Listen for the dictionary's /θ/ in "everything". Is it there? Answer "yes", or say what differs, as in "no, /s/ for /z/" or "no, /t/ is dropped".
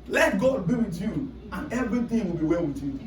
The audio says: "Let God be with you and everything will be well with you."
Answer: no, /t/ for /θ/